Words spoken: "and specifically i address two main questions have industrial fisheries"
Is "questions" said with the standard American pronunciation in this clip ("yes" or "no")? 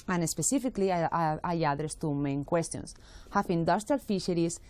no